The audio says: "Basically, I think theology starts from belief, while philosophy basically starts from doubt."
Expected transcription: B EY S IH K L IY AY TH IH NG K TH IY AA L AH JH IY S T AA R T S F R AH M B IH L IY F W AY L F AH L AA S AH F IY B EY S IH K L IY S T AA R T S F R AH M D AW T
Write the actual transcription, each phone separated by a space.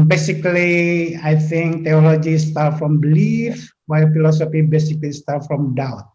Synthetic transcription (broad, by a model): B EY S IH K L IY AY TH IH NG K T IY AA L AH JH IY S T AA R F R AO M B IH L IY F W AY L F AH L AA S AH F IY B EY S IH K L IY S T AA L F R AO M D AW T